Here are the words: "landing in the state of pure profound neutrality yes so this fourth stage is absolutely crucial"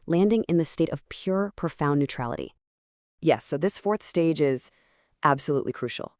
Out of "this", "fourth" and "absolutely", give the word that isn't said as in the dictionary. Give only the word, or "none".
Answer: none